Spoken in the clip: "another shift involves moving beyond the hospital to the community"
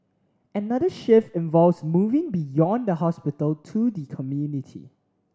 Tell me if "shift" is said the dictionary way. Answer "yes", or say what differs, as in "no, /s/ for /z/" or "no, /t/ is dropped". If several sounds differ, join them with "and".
no, /t/ is dropped